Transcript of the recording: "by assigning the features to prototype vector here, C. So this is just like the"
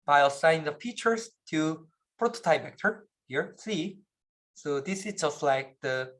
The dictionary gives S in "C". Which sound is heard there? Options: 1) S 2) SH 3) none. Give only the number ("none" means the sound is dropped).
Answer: 1